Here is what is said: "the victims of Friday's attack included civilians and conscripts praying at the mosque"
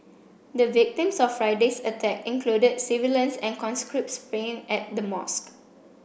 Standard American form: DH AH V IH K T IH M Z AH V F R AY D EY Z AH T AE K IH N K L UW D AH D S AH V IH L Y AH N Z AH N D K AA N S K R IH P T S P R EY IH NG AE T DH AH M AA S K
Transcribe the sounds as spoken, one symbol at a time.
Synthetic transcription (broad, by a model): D AH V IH K T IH M S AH F F R AY D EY S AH T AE K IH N K L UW D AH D S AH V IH L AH N S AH N K AA N S K R IH P T S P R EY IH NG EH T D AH M AA S K